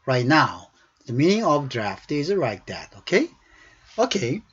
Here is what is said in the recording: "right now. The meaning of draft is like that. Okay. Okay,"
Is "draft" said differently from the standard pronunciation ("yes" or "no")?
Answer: no